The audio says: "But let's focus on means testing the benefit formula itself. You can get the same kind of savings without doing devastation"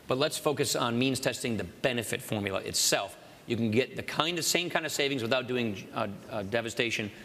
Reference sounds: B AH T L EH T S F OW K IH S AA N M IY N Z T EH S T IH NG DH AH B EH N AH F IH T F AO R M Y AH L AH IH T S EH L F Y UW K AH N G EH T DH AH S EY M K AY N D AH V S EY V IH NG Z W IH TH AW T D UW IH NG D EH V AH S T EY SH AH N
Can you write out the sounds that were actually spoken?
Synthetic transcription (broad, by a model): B AH T L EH T S F OW K IH S N M IY N Z T EH S T IH NG DH AH B EH N AH F IH T F AO R M Y L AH IH T S EH L F Y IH K N G EH T DH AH S EY M K AY N D AH V S EY V IH NG Z W IH TH AW T D UW IH NG D EH V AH S T EY SH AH N